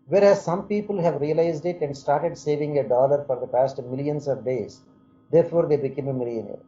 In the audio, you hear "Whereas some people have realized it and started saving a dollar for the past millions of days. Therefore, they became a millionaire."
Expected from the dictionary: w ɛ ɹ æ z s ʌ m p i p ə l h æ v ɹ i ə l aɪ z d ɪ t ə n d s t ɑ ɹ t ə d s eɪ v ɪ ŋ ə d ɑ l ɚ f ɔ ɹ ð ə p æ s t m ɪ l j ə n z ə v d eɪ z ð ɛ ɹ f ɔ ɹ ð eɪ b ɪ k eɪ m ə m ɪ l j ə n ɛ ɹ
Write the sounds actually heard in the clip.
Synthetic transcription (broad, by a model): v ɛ ɹ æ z s ʌ m p i p ə l h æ v ɹ i ə l aɪ z d ɪ t ə n d s t ɑ ɹ t ə d s eɪ v ɪ ŋ ə d ɑ l ɚ f ɔ ɹ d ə p æ s t m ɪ l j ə n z ə v d eɪ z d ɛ ɹ f ɔ ɹ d eɪ b ɪ k eɪ m ə m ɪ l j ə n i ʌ